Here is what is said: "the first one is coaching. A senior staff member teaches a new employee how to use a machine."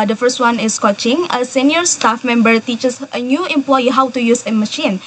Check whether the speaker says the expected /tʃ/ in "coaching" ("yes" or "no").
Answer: yes